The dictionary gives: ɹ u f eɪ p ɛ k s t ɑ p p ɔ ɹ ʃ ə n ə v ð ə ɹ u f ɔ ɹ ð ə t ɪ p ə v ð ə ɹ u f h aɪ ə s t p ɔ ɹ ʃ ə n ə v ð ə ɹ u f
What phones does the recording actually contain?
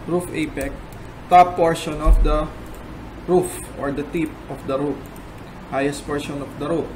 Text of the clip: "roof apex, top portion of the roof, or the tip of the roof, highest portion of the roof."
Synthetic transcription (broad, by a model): ɹ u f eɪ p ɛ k t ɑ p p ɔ ɹ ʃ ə n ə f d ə ɹ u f ɔ ɹ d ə t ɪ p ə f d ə ɹ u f h aɪ ə s t p ɔ ɹ ʃ ə n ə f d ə ɹ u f